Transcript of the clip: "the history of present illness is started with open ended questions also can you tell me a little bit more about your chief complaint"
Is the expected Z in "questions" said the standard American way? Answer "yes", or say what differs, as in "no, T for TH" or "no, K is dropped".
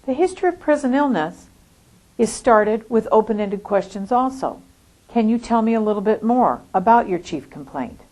yes